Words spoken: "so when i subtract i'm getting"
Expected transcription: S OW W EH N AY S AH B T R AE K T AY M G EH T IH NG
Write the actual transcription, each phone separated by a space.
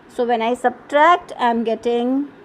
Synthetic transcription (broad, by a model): S OW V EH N AY S AH B T R AE K T AY M G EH T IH NG